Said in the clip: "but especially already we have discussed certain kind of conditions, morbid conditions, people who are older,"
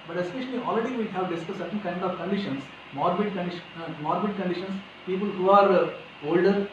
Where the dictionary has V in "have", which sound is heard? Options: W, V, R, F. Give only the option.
V